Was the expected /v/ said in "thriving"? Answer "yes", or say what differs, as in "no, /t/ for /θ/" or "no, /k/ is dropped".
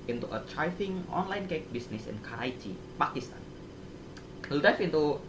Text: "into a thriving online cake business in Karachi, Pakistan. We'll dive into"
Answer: no, /f/ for /v/